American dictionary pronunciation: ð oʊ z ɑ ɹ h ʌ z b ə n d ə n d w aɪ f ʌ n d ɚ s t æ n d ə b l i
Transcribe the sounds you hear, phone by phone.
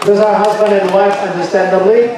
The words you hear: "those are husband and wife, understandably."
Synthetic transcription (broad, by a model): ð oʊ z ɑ ɹ h ʌ z b ə n d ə n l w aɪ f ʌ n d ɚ s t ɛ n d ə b l i